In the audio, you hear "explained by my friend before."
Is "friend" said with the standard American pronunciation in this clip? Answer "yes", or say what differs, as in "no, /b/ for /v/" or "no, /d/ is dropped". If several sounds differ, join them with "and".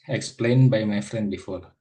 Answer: yes